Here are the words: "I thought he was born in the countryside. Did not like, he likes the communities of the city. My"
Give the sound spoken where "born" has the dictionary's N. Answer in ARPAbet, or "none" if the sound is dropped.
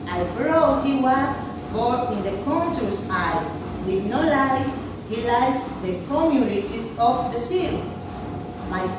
none